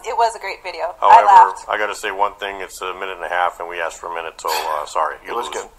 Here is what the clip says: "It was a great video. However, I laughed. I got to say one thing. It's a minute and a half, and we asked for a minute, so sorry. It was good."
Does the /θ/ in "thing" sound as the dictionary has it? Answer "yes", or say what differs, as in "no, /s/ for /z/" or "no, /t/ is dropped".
yes